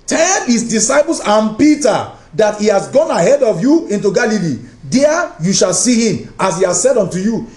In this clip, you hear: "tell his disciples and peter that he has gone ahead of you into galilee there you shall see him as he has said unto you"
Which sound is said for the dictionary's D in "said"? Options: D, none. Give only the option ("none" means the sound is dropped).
D